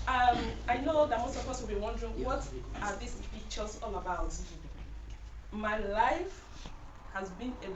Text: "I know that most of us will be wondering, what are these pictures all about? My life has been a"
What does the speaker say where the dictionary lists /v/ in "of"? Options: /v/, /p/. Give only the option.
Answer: /p/